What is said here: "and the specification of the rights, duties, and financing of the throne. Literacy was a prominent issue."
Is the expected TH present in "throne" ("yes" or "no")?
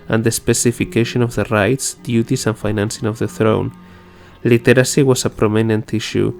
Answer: yes